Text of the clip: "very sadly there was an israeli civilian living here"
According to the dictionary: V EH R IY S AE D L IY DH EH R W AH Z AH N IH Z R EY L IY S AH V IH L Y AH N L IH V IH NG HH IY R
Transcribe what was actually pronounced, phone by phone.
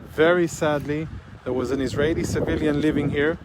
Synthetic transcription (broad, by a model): V EH R IY S AE D L IY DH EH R W AH Z AH N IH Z R EY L IY S AH V IH L Y AH N L IH V IH NG HH IY R